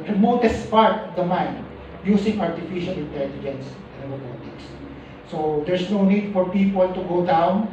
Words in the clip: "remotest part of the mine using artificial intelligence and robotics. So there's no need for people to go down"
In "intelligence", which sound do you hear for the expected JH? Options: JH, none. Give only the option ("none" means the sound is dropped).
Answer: JH